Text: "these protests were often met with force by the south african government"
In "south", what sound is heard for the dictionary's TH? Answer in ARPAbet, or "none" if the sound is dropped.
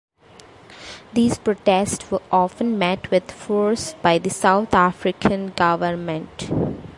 T